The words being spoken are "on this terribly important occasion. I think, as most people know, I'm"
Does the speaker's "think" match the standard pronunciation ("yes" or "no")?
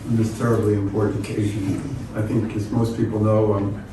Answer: yes